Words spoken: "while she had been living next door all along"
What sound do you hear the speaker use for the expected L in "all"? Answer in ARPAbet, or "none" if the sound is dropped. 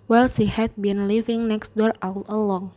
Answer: W